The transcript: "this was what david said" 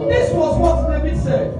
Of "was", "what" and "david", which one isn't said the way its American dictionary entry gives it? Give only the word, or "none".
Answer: david